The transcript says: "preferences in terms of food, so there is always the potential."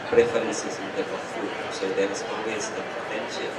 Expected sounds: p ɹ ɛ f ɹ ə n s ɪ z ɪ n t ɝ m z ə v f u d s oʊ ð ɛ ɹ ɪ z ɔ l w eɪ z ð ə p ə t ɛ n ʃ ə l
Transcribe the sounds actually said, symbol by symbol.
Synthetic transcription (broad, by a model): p ɹ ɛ f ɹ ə n s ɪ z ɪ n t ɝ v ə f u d s oʊ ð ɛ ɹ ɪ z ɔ w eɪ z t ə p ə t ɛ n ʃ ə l